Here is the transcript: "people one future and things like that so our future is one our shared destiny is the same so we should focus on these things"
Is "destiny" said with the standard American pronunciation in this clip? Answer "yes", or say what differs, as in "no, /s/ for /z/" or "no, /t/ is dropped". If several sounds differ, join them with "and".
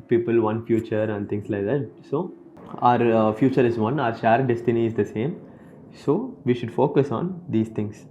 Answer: yes